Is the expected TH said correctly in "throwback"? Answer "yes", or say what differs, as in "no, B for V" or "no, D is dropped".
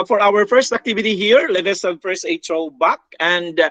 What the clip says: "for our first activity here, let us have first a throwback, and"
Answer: no, T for TH